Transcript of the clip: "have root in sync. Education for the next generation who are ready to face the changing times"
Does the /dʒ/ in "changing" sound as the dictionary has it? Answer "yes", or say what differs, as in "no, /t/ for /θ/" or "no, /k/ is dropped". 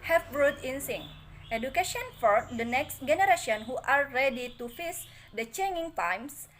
no, /dʒ/ is dropped